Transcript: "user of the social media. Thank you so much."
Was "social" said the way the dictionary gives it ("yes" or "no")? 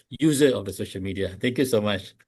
yes